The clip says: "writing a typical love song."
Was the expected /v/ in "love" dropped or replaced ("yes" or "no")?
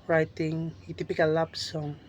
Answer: yes